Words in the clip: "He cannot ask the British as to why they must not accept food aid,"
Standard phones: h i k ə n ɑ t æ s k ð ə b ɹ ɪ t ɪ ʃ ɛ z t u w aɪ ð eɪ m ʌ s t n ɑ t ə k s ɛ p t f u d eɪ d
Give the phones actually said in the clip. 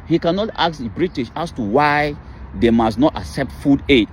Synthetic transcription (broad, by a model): h i k ə n ɑ t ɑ k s b ɹ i t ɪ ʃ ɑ s t u w aɪ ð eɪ m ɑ s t n ɑ t ə k s ɛ p t f u d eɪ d